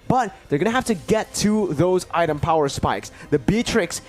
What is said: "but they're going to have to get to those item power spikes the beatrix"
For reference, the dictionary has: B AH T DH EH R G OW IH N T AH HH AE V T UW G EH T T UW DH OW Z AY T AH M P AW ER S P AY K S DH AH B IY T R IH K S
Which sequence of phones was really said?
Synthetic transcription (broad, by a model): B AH T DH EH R G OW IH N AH HH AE F T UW G EH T T UW DH OW Z AY T AH M P AW ER S P AY K S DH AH B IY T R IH K S